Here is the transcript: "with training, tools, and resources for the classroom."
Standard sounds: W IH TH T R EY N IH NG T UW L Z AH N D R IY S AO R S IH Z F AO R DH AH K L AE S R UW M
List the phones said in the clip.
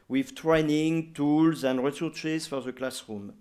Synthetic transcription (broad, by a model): W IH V T R EY N IH NG T UW L Z AH N D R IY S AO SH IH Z F AO R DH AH K L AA S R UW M